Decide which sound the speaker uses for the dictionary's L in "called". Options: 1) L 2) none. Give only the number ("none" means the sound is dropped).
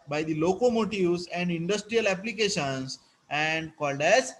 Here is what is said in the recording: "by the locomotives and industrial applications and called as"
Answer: 1